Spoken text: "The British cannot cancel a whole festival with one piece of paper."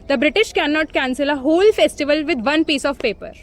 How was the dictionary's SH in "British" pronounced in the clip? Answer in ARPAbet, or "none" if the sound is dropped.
SH